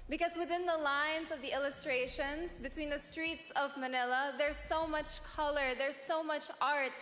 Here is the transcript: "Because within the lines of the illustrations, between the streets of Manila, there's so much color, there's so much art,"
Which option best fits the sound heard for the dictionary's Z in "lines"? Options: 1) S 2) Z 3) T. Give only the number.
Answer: 2